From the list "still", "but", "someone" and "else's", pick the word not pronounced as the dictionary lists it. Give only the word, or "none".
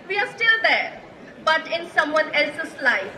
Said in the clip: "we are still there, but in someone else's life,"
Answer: else's